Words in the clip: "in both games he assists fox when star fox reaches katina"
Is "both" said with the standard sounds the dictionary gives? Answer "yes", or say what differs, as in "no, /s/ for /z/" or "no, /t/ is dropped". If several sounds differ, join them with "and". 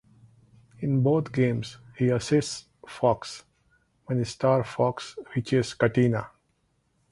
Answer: no, /t/ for /θ/